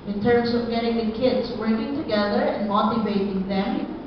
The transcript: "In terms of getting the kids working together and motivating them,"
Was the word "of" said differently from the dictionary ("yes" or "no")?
no